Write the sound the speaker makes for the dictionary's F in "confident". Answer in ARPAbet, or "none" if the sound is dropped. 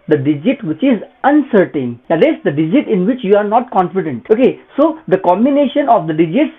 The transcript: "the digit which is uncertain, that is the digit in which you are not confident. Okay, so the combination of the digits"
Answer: F